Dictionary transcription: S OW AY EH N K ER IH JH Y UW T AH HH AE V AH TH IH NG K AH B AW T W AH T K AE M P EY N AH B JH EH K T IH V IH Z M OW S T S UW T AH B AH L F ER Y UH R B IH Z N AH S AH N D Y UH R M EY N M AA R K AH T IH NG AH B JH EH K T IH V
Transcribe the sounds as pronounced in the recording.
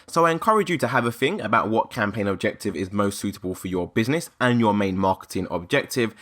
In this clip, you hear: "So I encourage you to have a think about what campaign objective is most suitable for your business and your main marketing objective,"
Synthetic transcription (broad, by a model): S OW AY EH N K ER IH JH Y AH T AH V AH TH IH NG AH B AW T W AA T K AE M P EY N AH B JH EH K T IH V IH Z M OW S T S UW T AH B AH L F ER Y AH B IH Z N AH S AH N Y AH M EY N M AA K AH T IH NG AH B JH EH K T IH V